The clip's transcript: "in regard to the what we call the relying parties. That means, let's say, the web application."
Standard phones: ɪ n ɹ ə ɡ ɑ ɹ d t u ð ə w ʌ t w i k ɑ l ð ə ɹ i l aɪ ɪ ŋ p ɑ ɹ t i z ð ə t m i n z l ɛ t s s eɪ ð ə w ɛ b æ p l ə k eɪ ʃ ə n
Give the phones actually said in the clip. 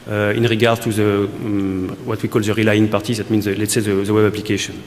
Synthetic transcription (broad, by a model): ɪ n ɹ ə ɡ ɑ ɹ d t u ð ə w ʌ t w i k ɑ l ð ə ɹ i l aɪ ɪ ŋ p ɑ ɹ t i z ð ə t m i n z l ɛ t s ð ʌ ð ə w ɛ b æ p l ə k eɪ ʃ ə n